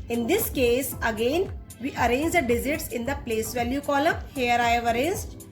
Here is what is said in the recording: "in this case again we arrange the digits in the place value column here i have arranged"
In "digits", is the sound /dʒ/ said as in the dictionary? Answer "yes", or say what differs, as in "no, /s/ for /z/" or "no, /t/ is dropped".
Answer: no, /z/ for /dʒ/